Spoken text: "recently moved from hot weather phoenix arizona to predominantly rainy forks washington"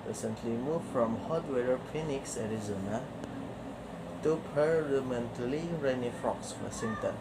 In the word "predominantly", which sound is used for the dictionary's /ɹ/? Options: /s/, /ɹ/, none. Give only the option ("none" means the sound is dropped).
none